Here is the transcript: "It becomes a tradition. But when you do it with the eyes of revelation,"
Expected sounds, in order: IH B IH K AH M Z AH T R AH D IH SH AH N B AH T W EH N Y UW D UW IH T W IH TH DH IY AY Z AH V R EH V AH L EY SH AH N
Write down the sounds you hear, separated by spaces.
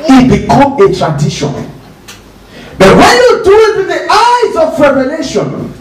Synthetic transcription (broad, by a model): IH B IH K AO M AH T R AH D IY SH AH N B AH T W EH N Y UW D UW IH T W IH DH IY AY Z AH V R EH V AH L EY SH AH N